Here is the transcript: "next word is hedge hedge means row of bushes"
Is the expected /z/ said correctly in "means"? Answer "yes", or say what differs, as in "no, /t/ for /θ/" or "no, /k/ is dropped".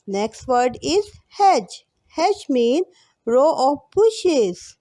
no, /z/ is dropped